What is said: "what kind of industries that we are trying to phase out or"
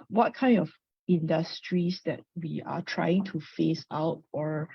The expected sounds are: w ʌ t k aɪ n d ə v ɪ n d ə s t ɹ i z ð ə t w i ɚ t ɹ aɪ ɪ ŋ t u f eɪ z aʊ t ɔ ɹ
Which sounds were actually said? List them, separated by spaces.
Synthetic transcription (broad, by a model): w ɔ t k aɪ n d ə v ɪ n d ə s t ɹ i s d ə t w i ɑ t ɹ aɪ ɪ ŋ t u f eɪ s aʊ t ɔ ɹ